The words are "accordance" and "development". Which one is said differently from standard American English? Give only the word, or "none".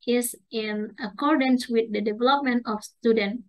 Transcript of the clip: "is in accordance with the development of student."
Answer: none